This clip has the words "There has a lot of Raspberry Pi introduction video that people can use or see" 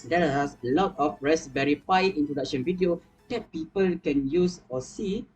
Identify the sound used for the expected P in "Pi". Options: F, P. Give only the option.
F